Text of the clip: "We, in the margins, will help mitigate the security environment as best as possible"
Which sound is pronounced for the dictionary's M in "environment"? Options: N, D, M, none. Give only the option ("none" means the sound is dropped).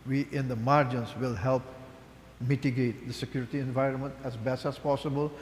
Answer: M